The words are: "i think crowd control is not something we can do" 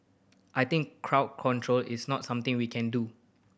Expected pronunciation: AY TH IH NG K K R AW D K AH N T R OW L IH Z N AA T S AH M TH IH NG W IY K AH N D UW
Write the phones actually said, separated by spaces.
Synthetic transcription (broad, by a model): AY T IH NG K K R AW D K AH N T R OW L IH S N AA T S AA M T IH NG W IY K AH N D UW